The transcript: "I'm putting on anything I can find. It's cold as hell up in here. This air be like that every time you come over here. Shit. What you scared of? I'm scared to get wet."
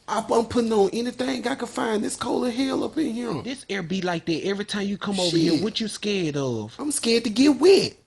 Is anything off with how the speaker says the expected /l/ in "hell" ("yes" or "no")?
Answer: no